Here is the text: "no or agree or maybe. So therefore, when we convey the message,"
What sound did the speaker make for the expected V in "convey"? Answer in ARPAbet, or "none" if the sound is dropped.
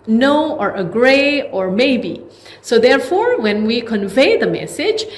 V